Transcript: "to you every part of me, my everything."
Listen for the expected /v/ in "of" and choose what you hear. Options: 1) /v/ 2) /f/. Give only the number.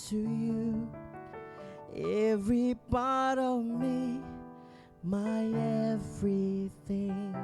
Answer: 1